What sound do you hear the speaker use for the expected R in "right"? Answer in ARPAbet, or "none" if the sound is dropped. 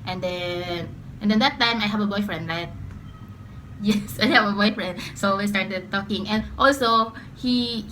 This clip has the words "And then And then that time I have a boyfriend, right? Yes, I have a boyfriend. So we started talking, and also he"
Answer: L